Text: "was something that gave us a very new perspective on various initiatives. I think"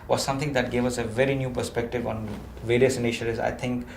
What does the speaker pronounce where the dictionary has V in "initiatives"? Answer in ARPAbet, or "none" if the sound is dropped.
none